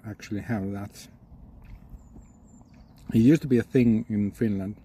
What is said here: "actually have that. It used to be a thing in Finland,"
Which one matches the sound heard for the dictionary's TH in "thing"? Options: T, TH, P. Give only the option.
TH